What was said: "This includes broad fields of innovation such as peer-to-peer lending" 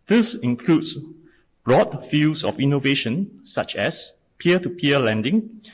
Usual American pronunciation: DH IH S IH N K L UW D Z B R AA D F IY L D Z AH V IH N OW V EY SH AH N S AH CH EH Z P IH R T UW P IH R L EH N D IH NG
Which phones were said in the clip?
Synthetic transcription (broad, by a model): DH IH S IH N K L UW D S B R AA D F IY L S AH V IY N OW V EY SH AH N S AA CH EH S P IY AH T UW P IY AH L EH N D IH NG